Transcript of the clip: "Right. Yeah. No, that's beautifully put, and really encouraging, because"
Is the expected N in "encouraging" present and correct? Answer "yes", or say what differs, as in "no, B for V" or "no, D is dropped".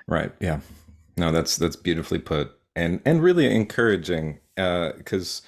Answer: yes